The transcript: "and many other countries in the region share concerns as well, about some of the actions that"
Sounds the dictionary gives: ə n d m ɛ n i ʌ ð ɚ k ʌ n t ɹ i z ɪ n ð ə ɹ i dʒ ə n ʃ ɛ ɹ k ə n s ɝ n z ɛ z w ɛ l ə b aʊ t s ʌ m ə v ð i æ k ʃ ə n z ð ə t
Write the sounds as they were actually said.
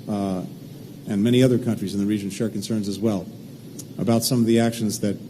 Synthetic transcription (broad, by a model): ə n m ɛ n i ʌ ð ɚ k ʌ n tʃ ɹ i z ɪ n ð ə ɹ i dʒ ə n ʃ ɛ ɹ k n s ɝ n z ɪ z w ɛ l ə b aʊ t s ʌ m ə v ð i æ k ʃ ə n z ð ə t